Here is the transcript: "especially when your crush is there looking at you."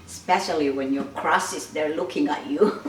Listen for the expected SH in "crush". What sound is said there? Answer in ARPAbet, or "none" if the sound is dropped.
S